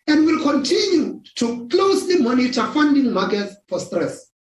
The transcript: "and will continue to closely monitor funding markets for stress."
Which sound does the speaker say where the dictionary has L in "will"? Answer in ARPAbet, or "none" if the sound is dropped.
L